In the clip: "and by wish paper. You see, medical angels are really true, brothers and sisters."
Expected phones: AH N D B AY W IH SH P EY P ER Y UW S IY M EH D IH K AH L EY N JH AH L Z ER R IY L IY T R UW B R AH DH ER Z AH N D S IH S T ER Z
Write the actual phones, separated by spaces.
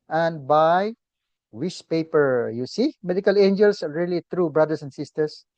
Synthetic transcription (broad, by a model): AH N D B AY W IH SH P EY P ER Y UW S IY M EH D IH K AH L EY N JH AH L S R IY L IY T R UW B R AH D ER S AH N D S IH S T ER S